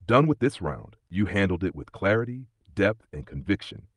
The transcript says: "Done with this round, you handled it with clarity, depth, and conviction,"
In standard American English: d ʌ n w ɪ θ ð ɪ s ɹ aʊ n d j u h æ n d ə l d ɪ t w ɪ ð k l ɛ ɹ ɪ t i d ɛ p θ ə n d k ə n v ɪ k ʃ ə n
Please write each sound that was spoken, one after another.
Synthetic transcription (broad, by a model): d ʌ n w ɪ ð ɪ s ɹ aʊ n d j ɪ h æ n d l d ɪ t w ɪ ð k l ɛ ɹ ɪ t i d ɛ p θ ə n k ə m v ɪ k ʃ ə n